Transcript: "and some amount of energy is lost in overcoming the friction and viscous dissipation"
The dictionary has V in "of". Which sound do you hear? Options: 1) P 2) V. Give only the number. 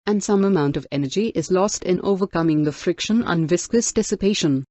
2